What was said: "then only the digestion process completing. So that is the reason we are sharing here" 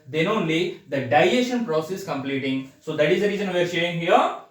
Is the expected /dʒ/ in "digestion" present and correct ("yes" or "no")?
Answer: no